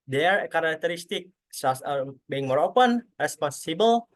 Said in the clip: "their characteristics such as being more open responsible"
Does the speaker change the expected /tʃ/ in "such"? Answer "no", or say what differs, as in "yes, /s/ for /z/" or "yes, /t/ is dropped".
yes, /s/ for /tʃ/